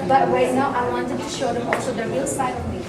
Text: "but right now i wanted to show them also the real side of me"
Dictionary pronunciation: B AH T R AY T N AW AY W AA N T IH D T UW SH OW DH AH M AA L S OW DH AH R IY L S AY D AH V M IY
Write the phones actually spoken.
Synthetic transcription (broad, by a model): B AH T W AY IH N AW AY W AA N T IH D T UW SH OW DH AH M AA L S OW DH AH R IY L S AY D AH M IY